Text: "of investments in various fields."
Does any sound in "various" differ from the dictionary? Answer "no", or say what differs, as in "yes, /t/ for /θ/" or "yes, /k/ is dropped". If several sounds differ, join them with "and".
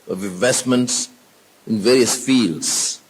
no